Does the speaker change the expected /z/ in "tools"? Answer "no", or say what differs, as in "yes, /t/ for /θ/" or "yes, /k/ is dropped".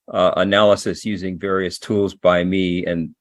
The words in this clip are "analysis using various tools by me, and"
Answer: no